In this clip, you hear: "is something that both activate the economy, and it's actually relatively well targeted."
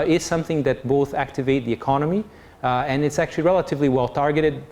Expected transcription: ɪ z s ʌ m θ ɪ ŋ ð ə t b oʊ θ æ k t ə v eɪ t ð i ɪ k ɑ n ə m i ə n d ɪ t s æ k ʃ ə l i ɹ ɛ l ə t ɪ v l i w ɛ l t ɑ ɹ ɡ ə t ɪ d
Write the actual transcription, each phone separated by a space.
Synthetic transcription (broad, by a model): ɪ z s ʌ m θ ɪ ŋ ð ə t b oʊ θ æ k t ə v eɪ t ð i ɪ k ɑ n ə m i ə n ɪ t s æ k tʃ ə l i ɹ ɛ l ə t ɪ v l i w ɛ l t ɑ ɹ ɡ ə t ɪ d